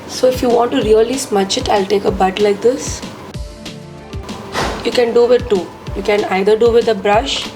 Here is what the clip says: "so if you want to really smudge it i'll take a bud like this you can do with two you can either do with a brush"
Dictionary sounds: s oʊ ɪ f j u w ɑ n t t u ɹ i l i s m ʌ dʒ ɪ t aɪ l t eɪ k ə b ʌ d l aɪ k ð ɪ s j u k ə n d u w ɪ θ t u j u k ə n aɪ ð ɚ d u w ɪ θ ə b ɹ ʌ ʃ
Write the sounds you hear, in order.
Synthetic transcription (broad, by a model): s oʊ ɪ f j u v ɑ n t t u ɹ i l i s m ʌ tʃ ɪ t aɪ l t eɪ k ə b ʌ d l aɪ k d ɪ s j u k ə n d u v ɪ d t u j u k ə n aɪ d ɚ d u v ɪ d ə b ɹ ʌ ʃ